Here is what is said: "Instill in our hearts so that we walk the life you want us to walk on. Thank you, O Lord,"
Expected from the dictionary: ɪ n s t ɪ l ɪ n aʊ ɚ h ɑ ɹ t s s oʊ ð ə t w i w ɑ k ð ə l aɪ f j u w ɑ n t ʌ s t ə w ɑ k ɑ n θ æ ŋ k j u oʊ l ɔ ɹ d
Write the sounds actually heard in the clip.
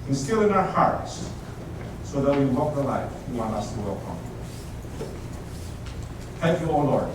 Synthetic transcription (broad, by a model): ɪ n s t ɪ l ɪ n aʊ ɚ h ɑ ɹ t s s oʊ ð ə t w i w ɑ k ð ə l aɪ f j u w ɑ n ʌ s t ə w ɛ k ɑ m θ æ ŋ k j u oʊ l ɔ ɹ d